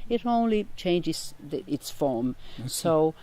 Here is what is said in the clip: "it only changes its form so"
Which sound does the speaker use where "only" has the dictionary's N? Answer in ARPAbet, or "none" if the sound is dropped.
N